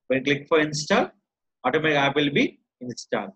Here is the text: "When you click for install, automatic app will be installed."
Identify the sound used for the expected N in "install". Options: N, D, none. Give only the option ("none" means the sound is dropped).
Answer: N